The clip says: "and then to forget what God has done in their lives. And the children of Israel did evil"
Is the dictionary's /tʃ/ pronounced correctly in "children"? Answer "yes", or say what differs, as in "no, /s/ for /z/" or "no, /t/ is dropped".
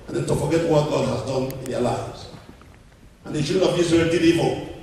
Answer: no, /ʃ/ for /tʃ/